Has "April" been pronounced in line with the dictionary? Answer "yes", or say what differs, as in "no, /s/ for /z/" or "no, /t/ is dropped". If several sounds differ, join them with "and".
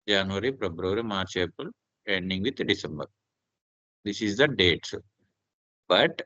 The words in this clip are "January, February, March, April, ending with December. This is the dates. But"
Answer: no, /ɹ/ is dropped